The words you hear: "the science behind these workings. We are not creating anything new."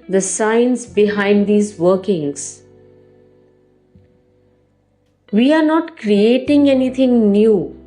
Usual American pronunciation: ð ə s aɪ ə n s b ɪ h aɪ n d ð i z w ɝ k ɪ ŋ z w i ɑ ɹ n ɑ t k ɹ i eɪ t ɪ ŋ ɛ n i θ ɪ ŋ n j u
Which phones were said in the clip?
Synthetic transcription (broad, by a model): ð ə s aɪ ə n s b ɪ h aɪ n d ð i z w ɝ k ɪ ŋ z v i ɑ ɹ n ɑ t k ɹ i eɪ t ɪ ŋ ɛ n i t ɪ ŋ n j u